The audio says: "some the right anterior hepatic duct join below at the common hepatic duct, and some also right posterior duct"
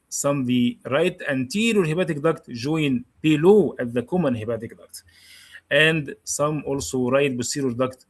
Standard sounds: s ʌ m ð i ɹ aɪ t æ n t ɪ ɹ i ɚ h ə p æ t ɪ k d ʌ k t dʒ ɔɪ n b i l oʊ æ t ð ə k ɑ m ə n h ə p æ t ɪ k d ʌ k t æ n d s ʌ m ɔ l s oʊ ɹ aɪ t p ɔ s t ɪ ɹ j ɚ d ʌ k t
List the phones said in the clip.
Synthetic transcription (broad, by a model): s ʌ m ð i ɹ aɪ t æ n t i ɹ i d h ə b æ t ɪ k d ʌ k t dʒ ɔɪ n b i l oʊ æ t ð ə k ɑ m ə n h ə b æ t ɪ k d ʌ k t æ n d s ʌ m ɔ l s oʊ ɹ aɪ t b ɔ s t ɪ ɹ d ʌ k t